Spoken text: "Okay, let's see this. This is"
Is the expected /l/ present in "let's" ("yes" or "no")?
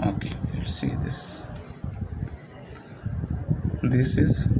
no